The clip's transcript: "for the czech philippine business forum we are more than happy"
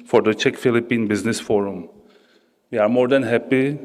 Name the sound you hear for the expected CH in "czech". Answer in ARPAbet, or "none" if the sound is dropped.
CH